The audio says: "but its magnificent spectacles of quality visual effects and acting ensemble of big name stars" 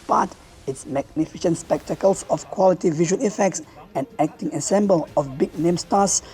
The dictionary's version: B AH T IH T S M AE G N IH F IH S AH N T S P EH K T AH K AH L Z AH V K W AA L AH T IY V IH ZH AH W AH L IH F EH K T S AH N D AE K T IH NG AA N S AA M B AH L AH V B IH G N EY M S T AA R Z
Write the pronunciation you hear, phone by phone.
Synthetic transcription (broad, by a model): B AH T IH T S M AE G N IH F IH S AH N T S P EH K T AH K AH L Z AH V K W AA L AH T IY V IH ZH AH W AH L IH F EH K T S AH N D AE K T IH NG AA S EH M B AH L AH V B IH G N EY M S T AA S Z